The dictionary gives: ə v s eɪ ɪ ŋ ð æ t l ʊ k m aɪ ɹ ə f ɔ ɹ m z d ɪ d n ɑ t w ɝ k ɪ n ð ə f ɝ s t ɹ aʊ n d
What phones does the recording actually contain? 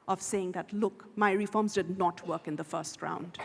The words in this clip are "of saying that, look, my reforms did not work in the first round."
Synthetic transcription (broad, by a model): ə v s eɪ ɪ ŋ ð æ t l ʊ k m aɪ ɹ ə f ɔ ɹ m z d ɪ d n ɑ t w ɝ k ɪ n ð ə f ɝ s t ɹ aʊ n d